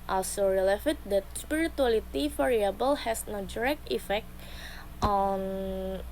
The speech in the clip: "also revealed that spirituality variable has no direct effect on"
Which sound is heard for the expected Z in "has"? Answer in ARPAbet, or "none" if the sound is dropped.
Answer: S